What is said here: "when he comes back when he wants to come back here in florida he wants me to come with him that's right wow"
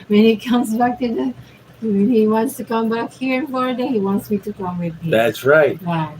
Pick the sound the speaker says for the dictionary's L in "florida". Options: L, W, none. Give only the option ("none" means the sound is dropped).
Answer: none